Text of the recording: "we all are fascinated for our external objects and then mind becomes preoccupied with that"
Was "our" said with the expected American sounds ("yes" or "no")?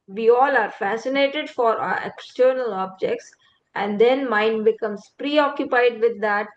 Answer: yes